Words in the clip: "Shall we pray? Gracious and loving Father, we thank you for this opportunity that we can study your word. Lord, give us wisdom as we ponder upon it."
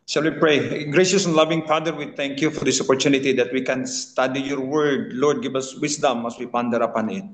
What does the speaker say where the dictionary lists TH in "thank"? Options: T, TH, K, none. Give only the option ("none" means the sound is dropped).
T